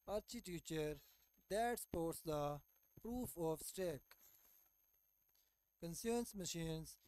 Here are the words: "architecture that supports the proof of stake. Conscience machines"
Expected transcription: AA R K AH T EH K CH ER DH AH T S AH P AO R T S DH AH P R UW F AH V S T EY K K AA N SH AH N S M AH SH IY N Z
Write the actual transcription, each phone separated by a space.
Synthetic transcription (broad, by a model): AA R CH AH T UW CH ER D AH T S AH P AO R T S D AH P R UW F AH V S T EY K K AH N S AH N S M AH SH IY N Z